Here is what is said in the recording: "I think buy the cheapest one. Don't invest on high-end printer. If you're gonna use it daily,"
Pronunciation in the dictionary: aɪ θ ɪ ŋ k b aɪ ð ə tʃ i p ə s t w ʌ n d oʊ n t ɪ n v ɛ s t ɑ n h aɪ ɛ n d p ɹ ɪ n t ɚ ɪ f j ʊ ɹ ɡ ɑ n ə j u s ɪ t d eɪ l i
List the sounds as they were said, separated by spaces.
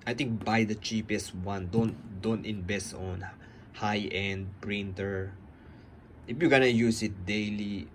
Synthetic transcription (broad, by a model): aɪ t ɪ ŋ k b aɪ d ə tʃ i p ə s t w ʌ n d oʊ n t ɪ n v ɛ s t ɑ n h aɪ ɛ n d p ɹ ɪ n t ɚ ɪ f j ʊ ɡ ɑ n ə j u s ɪ t d eɪ l i